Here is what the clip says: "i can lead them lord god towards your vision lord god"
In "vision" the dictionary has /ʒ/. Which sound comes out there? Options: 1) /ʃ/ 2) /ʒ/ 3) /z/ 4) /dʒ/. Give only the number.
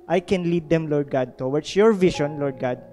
1